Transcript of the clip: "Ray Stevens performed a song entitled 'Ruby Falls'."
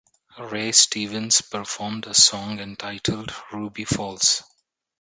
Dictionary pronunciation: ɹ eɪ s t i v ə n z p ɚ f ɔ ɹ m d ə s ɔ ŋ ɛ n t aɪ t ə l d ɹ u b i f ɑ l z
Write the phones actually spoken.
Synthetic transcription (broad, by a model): ɹ eɪ s t i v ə n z p ɚ f ɔ ɹ m d ə s ɔ ŋ ɛ n t aɪ t ə l d ɹ u b i f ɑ l s